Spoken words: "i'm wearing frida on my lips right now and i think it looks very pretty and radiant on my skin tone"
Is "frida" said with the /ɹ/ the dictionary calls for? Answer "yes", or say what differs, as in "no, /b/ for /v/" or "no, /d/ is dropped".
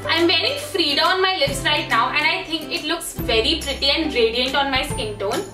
yes